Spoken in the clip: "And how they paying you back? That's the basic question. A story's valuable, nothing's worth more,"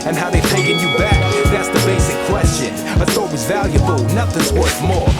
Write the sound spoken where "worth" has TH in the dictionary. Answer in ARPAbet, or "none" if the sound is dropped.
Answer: S